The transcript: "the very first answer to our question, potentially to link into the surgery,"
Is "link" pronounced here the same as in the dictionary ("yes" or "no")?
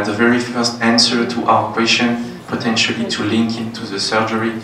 yes